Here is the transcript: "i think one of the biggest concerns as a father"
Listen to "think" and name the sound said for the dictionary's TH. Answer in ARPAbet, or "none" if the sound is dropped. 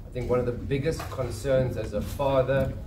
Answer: TH